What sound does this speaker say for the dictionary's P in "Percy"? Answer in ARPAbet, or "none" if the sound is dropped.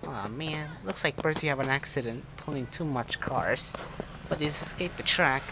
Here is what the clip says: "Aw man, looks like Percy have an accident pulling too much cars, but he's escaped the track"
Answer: B